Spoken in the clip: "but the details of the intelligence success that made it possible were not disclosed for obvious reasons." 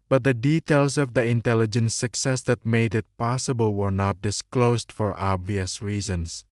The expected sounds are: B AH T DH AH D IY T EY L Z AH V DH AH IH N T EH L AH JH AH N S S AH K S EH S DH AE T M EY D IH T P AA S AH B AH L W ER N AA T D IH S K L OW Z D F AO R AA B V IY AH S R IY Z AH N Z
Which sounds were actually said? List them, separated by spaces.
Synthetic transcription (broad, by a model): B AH T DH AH D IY T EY L S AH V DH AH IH N T EH L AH JH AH N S S AH K S EH S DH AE T M EY D IH T P AA S AH B AH L W ER N AA T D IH S K L OW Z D F AO R AA B V IY AH S R IY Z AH N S